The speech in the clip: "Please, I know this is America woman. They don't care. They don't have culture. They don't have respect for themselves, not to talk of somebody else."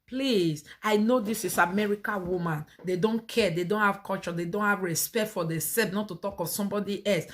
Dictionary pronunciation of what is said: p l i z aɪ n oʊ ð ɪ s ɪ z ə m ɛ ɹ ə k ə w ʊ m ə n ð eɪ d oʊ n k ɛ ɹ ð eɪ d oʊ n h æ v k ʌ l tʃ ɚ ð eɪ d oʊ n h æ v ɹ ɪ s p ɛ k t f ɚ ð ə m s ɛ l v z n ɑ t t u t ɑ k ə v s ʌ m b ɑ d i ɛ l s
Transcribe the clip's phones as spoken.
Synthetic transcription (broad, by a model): p l i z aɪ n oʊ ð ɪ s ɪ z ə m ɛ ɹ ə k ə w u m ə n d eɪ d oʊ n k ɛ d eɪ d oʊ n h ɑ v k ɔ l tʃ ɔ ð eɪ d oʊ n h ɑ v ɹ ɪ s p ɛ k t f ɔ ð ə s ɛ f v n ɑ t t u t ɑ k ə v s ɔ m b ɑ d i ɛ l s